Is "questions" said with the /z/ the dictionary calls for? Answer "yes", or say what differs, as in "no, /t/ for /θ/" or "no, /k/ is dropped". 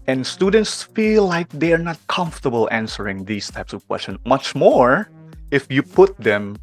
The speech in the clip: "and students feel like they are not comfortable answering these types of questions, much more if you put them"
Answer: no, /z/ is dropped